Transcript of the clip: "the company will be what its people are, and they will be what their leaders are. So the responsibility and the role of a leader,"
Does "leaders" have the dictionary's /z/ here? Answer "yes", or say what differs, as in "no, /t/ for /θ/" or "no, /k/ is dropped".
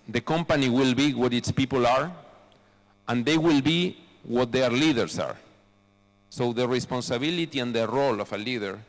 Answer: no, /s/ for /z/